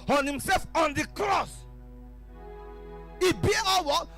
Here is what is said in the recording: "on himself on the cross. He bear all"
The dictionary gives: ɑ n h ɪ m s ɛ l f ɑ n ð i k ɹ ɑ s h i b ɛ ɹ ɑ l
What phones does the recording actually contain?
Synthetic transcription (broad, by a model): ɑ n h ɪ m s ɛ l f ɑ n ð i k ɹ ɑ s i b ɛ w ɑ